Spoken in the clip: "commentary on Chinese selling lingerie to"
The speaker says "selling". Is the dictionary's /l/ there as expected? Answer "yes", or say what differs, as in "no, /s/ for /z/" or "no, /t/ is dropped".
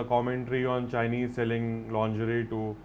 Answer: yes